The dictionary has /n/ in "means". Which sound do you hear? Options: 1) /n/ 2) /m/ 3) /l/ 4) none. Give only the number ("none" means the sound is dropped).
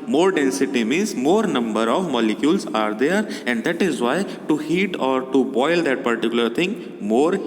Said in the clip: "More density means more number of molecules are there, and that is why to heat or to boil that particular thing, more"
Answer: 4